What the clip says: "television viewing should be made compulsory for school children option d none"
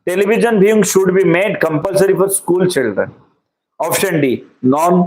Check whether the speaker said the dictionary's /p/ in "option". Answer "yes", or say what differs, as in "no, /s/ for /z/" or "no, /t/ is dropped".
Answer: no, /f/ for /p/